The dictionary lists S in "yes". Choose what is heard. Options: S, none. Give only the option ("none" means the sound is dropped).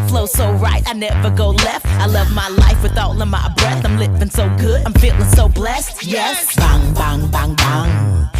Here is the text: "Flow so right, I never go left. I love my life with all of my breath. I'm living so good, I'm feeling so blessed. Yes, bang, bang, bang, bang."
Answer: S